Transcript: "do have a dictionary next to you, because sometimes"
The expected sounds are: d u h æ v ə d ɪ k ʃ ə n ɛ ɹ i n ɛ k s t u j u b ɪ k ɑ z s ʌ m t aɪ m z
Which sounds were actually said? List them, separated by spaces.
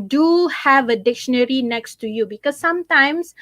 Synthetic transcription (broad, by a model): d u h æ v ə d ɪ k ʃ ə n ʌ ɹ i n ɛ k s t u j u b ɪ k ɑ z s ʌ m t aɪ m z